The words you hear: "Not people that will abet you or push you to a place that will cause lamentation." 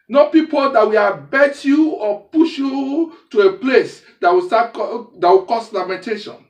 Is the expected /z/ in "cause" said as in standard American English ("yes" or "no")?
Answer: no